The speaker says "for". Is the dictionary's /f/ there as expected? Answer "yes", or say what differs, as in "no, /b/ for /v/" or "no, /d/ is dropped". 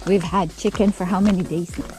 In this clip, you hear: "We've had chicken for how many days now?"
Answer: yes